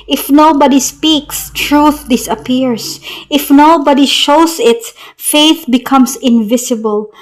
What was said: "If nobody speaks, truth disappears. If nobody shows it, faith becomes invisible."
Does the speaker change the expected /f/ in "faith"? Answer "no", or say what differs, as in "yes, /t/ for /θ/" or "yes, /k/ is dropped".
no